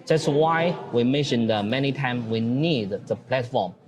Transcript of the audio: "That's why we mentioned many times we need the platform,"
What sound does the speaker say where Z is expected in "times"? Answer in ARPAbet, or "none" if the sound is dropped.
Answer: none